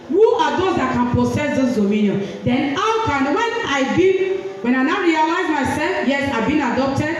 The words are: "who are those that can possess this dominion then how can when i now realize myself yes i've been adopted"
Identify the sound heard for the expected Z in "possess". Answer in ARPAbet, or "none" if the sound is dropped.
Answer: S